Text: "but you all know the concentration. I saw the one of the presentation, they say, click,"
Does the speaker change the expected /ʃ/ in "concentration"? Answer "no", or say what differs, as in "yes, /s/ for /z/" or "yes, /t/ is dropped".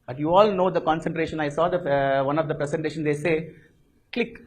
no